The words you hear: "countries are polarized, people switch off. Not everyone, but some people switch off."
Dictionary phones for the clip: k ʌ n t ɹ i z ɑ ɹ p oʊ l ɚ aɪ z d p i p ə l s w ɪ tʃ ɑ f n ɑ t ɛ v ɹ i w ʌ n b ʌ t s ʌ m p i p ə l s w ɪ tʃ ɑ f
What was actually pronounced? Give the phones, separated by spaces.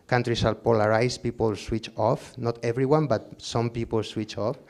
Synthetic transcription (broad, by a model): k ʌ n t ɹ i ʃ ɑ l p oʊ l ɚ aɪ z p i p ə l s w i tʃ ɑ f n ɑ t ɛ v ɹ i w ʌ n b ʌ t s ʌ m p i p ə l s w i tʃ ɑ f